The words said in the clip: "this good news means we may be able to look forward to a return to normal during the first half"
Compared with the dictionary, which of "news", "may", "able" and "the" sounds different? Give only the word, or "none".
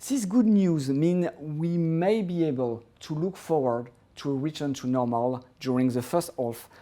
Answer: none